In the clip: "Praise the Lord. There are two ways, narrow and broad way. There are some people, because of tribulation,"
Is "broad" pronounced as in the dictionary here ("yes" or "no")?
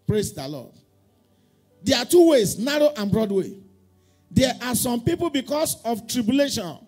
yes